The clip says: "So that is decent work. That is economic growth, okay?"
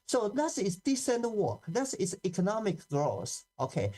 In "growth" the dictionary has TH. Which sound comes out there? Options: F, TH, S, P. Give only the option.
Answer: S